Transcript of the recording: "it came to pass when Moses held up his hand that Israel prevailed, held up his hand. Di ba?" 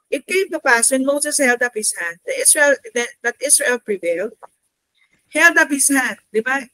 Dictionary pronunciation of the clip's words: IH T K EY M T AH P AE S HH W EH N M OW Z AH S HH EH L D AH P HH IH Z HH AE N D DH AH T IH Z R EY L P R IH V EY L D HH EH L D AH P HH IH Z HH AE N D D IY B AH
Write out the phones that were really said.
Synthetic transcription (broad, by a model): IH T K EY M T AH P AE S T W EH N M OW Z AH S HH EH L D AH P HH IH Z HH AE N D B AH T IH S R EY L P R IH V EY L D HH EH L D AH P HH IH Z HH AE N D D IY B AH